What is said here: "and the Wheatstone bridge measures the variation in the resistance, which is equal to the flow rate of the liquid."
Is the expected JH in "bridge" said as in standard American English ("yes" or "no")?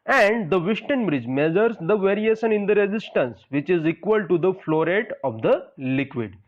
yes